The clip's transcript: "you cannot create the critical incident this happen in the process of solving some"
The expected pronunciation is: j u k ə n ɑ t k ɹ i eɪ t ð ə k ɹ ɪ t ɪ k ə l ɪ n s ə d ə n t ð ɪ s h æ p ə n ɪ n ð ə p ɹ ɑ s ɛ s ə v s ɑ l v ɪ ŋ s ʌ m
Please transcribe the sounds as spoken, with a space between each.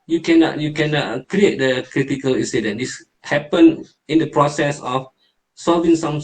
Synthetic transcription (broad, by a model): j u k ə n ɑ t k ɹ i eɪ t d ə k ɹ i t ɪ k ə l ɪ n s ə d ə n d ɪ s h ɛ p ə n ɪ n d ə p ɹ ɑ s ɛ s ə f s ɑ l v ɪ ŋ s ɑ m